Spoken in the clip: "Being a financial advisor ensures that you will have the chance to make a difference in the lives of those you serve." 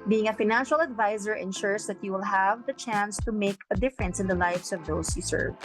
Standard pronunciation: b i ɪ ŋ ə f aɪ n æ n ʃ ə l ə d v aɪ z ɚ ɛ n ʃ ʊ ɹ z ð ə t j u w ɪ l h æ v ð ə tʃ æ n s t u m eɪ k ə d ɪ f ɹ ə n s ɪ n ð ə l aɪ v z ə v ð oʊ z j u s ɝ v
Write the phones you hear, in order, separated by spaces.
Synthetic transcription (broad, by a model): b i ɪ ŋ ə f aɪ n æ n ʃ ə l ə d v aɪ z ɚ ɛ n ʃ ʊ ɹ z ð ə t j u w ɪ l h æ v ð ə tʃ æ n s t u m eɪ k ə d ɪ f ɹ ə n s ɪ n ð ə l aɪ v s ə v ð oʊ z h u s ɝ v